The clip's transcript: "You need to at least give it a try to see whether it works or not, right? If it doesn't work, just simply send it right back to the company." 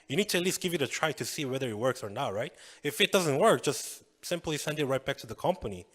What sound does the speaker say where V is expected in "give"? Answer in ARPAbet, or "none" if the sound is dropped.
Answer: V